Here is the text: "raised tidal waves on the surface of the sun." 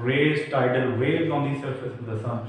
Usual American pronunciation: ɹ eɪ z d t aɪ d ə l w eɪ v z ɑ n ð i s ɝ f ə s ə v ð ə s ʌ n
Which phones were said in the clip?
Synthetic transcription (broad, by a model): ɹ eɪ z t aɪ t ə l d eɪ z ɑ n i s ɝ f ə s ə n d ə s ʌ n